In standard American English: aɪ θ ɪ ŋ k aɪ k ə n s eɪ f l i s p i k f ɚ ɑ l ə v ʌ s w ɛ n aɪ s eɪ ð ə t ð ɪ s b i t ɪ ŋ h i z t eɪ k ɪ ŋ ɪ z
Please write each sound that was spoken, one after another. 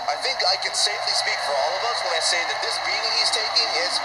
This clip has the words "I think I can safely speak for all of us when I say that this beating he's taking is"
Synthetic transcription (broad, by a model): aɪ θ ɪ ŋ k aɪ k ə n s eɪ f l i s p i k f ɚ ɑ l ə v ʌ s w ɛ aɪ s eɪ ð ə t ð ɪ s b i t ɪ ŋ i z t eɪ k ɪ ŋ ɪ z